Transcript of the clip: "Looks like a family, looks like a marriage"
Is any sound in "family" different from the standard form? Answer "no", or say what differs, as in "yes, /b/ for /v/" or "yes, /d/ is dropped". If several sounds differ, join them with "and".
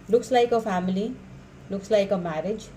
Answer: yes, /p/ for /f/